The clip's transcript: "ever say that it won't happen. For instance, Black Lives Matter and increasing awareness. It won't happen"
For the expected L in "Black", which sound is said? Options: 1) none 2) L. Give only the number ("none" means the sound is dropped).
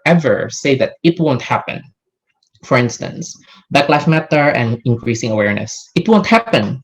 1